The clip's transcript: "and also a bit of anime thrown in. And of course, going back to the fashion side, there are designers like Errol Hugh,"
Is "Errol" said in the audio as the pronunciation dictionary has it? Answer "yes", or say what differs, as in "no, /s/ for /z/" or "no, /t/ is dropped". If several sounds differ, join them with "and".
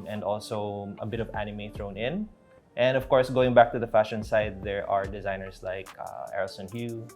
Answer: no, /n/ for /l/